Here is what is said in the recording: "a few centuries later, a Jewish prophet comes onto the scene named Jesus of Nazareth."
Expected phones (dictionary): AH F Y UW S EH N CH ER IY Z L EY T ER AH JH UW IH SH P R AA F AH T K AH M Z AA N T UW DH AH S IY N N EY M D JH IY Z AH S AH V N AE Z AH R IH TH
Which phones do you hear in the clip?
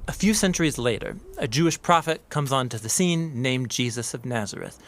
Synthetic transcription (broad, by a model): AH F Y UW S EH N CH ER IY Z L EY T ER AH JH UW IH SH P R AA F AH T K AH M Z N T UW DH AH S IY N N EY M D JH IY Z AH S AH V N AE Z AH R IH TH